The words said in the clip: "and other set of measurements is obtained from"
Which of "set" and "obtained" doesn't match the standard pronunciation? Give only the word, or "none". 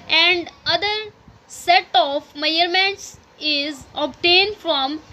none